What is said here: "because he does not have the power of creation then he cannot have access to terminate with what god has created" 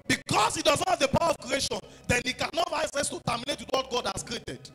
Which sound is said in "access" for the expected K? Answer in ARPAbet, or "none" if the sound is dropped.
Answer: none